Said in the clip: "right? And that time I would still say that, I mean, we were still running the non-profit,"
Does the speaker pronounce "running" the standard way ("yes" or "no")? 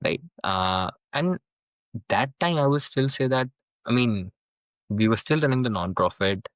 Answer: no